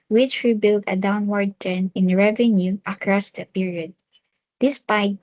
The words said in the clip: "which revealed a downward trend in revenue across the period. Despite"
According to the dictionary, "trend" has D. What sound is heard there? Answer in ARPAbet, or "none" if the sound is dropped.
none